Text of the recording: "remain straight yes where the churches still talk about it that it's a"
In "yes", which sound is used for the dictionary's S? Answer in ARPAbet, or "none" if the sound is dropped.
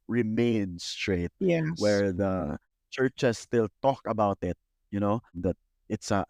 none